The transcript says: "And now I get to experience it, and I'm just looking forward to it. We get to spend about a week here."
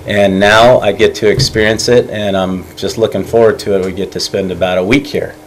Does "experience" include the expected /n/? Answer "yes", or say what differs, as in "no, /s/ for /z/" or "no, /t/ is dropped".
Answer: yes